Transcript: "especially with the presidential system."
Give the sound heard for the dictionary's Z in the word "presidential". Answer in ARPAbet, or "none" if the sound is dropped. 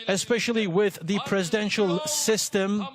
Z